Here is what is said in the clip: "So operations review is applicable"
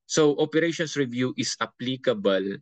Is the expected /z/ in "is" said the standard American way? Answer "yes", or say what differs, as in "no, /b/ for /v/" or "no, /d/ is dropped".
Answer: no, /s/ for /z/